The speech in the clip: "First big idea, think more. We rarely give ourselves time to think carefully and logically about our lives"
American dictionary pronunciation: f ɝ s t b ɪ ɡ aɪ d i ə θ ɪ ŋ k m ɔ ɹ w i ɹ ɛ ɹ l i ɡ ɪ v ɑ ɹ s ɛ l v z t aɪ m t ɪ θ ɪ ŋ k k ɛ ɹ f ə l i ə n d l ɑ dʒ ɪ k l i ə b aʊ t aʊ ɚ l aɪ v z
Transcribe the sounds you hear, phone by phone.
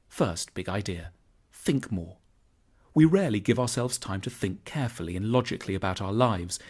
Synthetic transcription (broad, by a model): f ɝ s t b ɪ ɡ aɪ d i ə θ ɪ ŋ k m ɔ ɹ w i ɹ ɛ ɹ l i ɡ ɪ v ɑ ɹ s ɛ l v z t aɪ m t ɪ θ ɪ ŋ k k ɛ ɹ f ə l i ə n l ɑ dʒ ɪ k l i ə b aʊ t aʊ ɚ l aɪ v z